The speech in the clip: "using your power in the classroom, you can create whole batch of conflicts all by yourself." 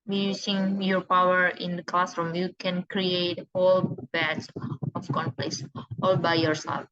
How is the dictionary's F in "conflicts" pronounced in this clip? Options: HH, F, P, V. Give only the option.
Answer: P